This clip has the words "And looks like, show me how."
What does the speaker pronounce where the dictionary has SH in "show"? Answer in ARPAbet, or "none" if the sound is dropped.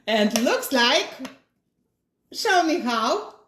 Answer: S